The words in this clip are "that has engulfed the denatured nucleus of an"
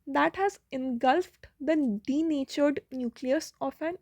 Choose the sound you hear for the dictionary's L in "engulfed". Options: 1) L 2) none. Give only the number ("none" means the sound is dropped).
1